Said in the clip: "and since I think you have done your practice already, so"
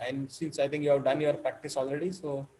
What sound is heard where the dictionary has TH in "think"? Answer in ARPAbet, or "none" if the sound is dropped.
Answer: T